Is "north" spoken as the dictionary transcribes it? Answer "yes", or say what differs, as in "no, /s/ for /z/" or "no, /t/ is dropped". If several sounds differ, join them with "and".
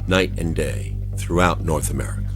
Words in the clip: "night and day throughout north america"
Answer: yes